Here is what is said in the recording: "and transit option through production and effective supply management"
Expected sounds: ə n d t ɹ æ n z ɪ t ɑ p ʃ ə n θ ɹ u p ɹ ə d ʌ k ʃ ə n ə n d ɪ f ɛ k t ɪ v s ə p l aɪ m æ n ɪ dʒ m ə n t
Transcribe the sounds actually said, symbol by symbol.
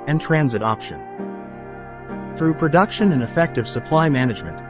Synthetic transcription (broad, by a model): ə n t ɹ æ n z ɪ t ɑ p ʃ ə n θ ɹ u p ɹ ə d ʌ k ʃ ə n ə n ɪ f ɛ k t ɪ v s ə p l aɪ m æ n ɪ dʒ m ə n t